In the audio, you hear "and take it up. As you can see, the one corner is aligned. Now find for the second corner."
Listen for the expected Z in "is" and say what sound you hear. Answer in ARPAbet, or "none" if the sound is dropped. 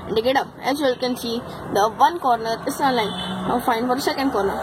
S